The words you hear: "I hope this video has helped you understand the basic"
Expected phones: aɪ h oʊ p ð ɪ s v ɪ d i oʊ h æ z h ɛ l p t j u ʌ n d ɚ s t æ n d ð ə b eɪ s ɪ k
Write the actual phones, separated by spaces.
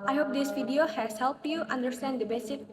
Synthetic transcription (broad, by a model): aɪ h oʊ p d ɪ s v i d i oʊ h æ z h ɛ l p t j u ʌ n d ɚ s t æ n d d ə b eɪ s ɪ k